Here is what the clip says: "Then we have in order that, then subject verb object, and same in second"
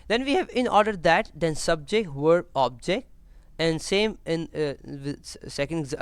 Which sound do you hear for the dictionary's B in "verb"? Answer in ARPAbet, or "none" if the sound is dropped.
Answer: none